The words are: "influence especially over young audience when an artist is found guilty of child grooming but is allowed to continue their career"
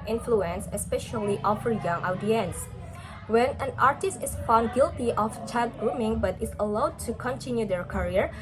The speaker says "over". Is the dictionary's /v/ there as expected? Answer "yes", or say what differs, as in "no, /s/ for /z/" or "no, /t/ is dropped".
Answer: no, /f/ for /v/